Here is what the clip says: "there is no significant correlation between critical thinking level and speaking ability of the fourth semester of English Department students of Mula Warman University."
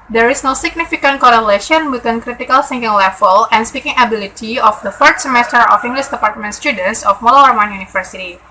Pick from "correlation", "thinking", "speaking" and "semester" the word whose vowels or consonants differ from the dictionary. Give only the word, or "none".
thinking